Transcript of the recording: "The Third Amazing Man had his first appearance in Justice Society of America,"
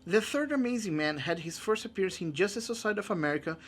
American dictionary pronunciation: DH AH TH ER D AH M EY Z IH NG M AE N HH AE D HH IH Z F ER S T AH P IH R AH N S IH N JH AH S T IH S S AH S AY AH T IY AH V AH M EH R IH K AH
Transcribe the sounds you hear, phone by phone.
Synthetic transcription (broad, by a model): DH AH TH ER D AH M EY Z IH NG M AE N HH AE D HH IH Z F ER S T AH P IH R AH N S IH N JH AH S T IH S S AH S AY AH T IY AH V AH M EH R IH K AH